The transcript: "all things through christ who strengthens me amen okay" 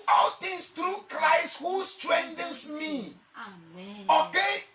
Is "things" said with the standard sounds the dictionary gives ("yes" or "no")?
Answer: no